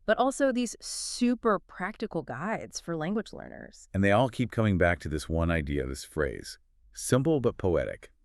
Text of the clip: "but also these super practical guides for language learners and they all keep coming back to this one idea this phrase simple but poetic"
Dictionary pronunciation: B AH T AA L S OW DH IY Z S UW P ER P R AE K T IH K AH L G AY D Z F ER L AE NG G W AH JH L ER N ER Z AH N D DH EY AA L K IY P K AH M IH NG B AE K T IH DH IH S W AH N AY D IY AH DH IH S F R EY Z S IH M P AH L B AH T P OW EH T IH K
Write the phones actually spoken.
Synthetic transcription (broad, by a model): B AH T AA L S OW DH IY Z S UW P ER P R AE K T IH K L G AY D Z F ER L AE NG G W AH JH L ER N ER Z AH N DH EY AA L K IY P K AH M IH NG B AE K T IH DH IH S W AH N AY D IY AH DH IH S F R EY Z S IH M P L B AH T P OW EH T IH K